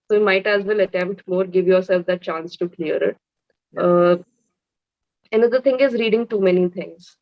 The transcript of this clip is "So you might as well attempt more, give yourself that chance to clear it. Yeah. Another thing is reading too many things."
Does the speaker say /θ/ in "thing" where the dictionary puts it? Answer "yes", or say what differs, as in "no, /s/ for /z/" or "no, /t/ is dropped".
no, /t/ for /θ/